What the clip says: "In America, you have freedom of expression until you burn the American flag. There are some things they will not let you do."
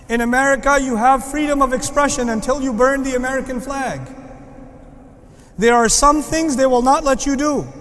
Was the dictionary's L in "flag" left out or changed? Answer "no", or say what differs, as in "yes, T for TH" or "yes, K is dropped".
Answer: no